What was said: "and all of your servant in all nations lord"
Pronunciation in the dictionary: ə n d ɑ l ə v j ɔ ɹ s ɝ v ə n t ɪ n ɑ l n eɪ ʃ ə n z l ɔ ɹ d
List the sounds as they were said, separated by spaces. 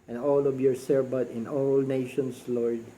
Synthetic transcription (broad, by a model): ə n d ɑ l ə v j ɔ ɹ s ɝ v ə t ɪ n ɑ l n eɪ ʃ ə n s l ɔ ɹ d